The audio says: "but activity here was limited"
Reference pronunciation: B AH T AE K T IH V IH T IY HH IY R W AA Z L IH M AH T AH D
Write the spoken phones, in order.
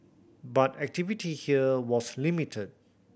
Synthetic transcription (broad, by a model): B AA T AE K T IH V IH T IY HH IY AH W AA S L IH M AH T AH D